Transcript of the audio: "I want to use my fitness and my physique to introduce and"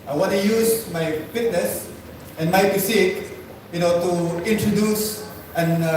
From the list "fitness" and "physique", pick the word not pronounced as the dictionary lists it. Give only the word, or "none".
physique